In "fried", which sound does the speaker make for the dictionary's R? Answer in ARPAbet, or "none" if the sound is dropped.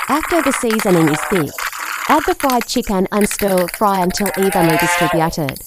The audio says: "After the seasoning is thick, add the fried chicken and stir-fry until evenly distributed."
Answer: R